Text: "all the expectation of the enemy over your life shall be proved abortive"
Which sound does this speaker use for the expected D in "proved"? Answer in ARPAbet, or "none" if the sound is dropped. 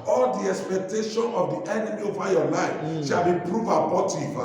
none